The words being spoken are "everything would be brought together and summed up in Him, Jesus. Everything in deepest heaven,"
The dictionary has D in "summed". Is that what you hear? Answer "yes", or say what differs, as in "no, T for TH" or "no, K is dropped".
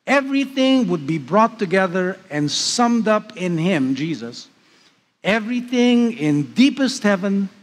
yes